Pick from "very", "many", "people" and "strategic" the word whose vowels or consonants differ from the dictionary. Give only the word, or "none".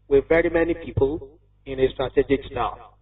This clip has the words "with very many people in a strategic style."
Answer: none